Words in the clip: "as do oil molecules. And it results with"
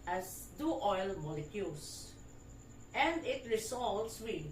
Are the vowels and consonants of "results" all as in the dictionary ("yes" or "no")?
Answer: no